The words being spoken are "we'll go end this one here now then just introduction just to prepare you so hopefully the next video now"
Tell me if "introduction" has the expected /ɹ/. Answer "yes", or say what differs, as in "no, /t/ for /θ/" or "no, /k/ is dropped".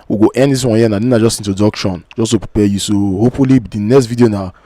no, /ɹ/ is dropped